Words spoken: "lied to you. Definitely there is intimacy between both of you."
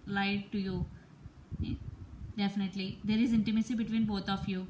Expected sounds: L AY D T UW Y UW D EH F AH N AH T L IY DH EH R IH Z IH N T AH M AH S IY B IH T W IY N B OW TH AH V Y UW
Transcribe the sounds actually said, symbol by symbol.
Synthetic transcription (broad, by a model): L AY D T UW Y UW D EH F AH N AH T L IY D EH R IH Z IH N T AH M AH S IY B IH T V IY N B OW T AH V Y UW